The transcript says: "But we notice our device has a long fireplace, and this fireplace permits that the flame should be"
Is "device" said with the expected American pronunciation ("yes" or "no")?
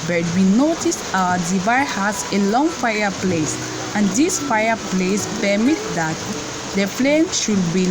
no